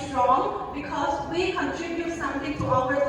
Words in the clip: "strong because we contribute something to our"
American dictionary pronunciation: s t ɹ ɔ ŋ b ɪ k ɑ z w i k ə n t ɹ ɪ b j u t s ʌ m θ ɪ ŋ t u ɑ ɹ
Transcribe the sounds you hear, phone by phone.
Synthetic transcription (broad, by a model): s t ɹ ɔ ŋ b ɪ k ɑ z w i k ə n t ɹ ɪ b j u t s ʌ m t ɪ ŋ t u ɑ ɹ